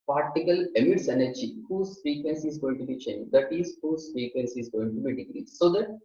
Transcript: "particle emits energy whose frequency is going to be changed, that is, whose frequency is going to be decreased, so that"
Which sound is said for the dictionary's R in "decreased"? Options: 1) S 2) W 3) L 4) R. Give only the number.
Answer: 3